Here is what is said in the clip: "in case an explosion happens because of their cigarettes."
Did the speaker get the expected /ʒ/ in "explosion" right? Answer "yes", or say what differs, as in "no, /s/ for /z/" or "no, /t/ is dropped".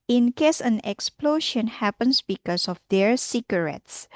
no, /ʃ/ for /ʒ/